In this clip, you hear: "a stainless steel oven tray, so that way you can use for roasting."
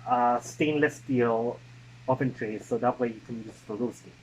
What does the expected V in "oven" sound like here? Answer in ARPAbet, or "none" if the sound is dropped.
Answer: P